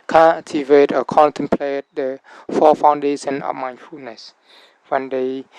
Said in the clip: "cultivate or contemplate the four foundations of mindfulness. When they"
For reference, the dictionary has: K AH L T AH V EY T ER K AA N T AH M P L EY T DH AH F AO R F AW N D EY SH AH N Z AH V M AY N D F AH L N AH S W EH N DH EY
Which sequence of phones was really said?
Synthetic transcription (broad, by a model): K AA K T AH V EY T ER K AA N T AH M P L EY T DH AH F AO F AW N D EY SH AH N AH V M AY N F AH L N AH S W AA N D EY